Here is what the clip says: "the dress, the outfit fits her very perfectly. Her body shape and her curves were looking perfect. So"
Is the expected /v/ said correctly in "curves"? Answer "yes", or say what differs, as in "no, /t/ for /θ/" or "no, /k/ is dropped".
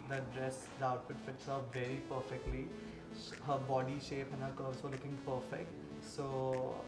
no, /v/ is dropped